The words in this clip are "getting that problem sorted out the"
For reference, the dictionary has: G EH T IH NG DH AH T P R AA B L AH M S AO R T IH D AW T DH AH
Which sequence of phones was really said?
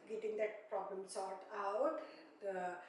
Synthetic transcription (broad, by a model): G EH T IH NG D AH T P R AA B L AH M S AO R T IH UH T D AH